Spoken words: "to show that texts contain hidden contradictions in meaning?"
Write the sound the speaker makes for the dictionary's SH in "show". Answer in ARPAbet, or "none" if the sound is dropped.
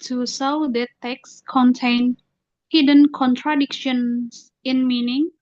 S